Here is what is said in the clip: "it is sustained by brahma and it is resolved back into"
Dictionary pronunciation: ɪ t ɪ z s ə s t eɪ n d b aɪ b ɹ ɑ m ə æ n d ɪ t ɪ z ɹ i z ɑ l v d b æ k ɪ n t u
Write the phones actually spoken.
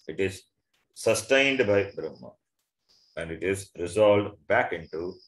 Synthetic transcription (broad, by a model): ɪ t ɪ z s ə s t eɪ n d b aɪ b ɹ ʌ m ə æ n d ɪ t ɪ z ɹ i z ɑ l d b æ k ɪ n t u